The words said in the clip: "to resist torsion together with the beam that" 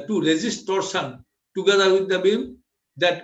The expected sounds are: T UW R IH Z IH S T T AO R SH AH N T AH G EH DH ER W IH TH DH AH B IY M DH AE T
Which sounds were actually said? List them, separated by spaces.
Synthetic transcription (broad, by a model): T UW R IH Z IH S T T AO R S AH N T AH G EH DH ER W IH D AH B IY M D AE T